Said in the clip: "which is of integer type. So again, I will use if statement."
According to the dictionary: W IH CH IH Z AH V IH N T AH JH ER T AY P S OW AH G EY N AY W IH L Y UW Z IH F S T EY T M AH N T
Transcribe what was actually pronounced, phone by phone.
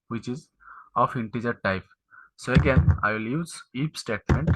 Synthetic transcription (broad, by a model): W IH CH IH Z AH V IH N T AH JH ER T AY P S OW AH G EY N AY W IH L Y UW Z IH P S T EY T M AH N T